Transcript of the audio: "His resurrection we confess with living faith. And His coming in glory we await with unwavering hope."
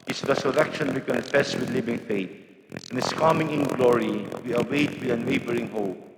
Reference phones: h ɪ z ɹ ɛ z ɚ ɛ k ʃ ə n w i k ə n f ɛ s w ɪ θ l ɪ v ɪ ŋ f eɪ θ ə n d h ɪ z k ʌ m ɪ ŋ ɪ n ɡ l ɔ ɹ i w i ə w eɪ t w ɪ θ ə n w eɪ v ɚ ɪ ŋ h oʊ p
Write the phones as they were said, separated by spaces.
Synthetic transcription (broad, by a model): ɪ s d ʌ s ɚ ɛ k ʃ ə n w i k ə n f ɛ s w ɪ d l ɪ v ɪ ŋ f eɪ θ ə n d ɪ s k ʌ m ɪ ŋ ɪ n ɡ l ɔ ɹ i w i ə w eɪ t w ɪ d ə n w eɪ b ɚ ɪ ŋ h oʊ p